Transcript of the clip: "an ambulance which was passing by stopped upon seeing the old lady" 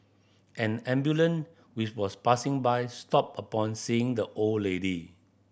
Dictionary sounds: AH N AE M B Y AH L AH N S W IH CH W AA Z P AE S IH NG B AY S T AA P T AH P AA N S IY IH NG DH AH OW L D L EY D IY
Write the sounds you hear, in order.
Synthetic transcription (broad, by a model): AH N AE M B Y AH L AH N W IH CH W AA S P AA S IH NG B AY S T AA P AH P AA N S IY IH NG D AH OW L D L EY D IY